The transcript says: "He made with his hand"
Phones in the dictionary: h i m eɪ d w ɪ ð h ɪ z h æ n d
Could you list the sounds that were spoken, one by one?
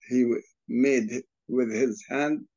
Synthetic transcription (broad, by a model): h i m eɪ d w ɪ ð h ɪ z h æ n d